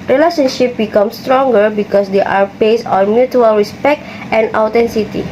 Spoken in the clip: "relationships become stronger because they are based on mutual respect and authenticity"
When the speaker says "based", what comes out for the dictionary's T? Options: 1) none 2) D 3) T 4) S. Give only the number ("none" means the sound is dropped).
1